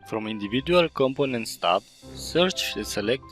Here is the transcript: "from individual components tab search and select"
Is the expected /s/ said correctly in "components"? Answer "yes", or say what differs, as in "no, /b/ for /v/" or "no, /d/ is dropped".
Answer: yes